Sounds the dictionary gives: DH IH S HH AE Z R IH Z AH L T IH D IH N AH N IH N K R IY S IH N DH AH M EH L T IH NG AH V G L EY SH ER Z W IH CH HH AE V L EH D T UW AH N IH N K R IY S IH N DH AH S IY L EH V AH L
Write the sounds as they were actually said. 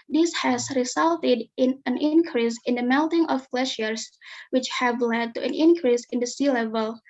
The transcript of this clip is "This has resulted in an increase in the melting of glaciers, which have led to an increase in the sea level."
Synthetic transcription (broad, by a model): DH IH S HH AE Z R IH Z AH L T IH D IH N AH N IH N K R IY S IH N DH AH M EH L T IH NG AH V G L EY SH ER S W IH CH HH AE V L EH D T UW AH N IH N K R IY S IH N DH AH S IY L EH V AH L